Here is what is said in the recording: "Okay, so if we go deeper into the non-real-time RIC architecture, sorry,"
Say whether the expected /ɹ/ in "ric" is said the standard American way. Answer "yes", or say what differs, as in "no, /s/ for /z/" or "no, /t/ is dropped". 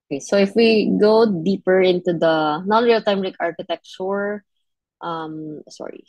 no, /l/ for /ɹ/